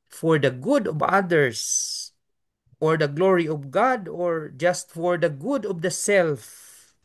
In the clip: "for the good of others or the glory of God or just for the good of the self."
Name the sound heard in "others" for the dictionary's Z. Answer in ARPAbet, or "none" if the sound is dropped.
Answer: S